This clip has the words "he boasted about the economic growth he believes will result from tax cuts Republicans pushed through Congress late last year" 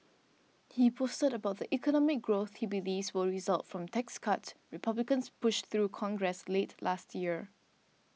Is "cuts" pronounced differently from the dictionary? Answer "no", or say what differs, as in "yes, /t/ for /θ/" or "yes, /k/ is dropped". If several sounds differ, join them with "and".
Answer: yes, /s/ is dropped